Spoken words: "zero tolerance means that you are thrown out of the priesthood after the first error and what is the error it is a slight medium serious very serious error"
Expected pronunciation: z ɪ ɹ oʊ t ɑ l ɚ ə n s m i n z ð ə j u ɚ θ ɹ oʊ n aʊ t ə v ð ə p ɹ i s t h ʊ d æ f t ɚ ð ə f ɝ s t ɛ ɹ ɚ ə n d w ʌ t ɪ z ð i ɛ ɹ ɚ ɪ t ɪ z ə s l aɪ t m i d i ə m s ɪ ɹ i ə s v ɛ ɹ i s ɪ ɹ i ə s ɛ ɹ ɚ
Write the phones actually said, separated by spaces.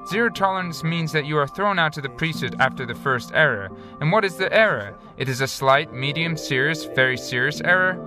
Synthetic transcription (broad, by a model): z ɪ ɹ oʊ t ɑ l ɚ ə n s m i n z ð ə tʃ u ɚ θ ɹ oʊ n aʊ t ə ð ə p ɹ i s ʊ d æ f t ɚ ð ə f ɝ s t ɛ ɹ ɚ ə n w ʌ t ɪ z ð i ɛ ɹ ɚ ɪ t ɪ z ə s l aɪ t m i d i ə m s ɪ ɹ i ə s v ɛ ɹ i s ɪ ɹ i ə s ɛ ɹ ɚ